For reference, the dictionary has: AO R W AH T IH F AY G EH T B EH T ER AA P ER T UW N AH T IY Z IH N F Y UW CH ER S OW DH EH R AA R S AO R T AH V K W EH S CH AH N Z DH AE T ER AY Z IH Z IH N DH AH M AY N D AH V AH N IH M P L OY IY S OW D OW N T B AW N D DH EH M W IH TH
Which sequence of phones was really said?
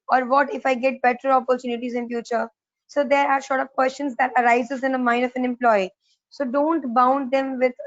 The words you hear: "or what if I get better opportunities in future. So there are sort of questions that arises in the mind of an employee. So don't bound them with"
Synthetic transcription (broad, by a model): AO R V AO T IH F AY G EH T B EH T ER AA P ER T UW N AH T IY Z IH N F Y UW CH ER S OW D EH R AA R SH AO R T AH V K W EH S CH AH N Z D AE T ER AY Z IH Z IH N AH M AY N D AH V AH N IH M P L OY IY S OW D OW N T B AW N D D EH M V IH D